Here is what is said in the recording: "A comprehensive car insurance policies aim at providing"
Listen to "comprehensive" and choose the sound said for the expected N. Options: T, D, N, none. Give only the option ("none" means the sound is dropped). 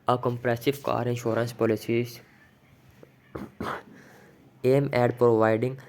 none